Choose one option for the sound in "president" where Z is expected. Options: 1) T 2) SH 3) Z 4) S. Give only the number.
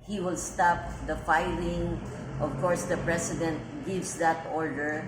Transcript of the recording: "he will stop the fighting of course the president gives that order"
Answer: 4